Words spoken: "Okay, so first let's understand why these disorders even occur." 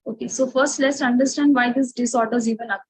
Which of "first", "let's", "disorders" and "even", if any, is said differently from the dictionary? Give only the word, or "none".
none